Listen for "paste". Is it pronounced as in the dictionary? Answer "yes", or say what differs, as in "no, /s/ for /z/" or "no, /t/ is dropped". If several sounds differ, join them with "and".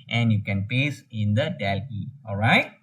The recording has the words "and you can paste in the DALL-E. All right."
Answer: no, /t/ is dropped